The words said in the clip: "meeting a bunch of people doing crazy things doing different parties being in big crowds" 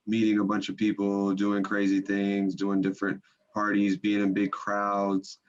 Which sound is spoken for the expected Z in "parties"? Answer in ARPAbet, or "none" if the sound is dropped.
Z